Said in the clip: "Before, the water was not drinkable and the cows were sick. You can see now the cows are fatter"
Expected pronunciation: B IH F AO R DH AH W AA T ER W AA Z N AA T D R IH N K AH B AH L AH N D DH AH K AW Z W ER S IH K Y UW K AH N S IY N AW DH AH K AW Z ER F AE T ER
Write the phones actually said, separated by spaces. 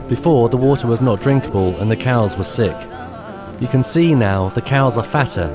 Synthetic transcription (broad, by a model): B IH F AO R DH AH W AA T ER W AA Z N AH T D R IH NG K AH B AH L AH N DH AH K AW Z W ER S IH K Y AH K AH N S IY N AW DH AH K AW Z ER F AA T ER